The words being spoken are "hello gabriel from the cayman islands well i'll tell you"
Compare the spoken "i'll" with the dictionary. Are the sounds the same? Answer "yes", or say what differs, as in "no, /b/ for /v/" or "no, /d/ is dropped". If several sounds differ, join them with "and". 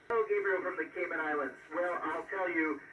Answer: yes